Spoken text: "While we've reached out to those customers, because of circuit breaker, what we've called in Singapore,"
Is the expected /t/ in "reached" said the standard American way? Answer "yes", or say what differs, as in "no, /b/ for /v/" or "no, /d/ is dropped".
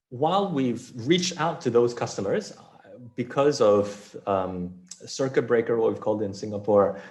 yes